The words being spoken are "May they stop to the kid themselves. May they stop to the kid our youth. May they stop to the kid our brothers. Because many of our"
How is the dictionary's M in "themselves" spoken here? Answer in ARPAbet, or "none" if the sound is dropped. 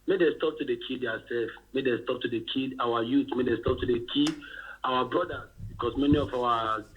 none